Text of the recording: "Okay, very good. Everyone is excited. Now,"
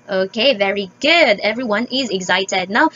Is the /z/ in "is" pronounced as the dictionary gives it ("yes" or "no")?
yes